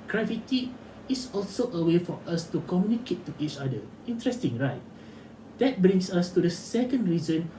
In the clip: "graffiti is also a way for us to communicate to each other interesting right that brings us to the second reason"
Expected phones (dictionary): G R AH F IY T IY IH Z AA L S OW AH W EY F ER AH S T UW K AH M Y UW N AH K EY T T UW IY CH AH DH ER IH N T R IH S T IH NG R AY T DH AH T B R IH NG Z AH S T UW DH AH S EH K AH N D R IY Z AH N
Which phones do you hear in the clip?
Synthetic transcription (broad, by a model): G R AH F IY T IY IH S AA L S OW AH W EY F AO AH S T UW K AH M Y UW N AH K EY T T UW IY CH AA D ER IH N T R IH S T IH NG R AY T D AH T B R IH NG S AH S T UW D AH S EH K AH N D R IY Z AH N